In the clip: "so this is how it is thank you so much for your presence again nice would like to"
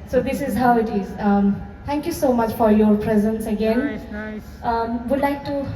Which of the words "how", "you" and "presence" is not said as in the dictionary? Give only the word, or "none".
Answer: none